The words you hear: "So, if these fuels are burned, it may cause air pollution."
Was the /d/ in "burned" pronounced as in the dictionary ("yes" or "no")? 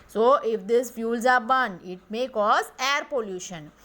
no